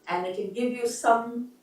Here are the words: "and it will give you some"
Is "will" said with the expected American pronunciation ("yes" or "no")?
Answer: no